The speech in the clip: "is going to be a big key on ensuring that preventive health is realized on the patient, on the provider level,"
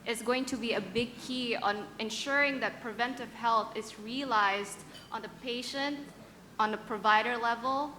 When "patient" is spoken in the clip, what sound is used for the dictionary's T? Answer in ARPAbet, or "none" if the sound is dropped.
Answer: T